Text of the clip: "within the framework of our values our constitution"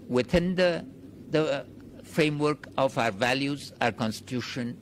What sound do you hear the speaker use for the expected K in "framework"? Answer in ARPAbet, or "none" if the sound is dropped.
K